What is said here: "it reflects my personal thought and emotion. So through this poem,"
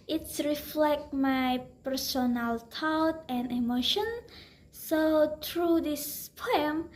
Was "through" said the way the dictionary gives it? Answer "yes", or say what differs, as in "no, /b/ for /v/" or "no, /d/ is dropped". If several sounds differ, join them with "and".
no, /t/ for /θ/